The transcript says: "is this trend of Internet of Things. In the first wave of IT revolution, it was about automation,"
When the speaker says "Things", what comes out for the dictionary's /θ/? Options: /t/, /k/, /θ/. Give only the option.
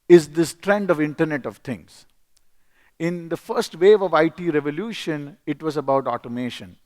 /t/